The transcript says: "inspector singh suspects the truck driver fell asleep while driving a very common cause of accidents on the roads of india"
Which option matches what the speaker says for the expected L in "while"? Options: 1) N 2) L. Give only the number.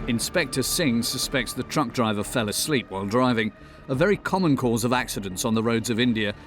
2